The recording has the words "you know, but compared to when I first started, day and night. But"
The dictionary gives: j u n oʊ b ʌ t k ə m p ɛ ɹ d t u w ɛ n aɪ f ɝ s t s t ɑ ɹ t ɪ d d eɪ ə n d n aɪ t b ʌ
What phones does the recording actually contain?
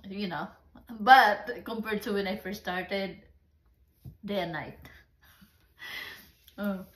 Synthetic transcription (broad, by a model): j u n oʊ b ʌ t k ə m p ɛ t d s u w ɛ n aɪ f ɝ t s t ɑ ɹ t ɪ d d eɪ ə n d n aɪ t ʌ